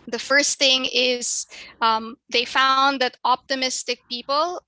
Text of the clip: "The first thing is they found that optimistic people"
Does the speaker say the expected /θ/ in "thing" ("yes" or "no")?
yes